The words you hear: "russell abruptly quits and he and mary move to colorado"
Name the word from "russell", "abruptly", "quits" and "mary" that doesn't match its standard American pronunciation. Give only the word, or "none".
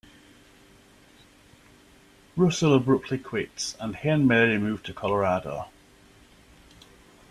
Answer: none